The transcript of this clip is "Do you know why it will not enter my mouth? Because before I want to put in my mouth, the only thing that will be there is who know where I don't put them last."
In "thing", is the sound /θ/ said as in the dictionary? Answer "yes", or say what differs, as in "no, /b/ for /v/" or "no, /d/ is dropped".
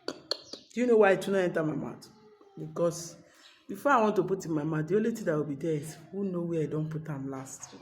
no, /t/ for /θ/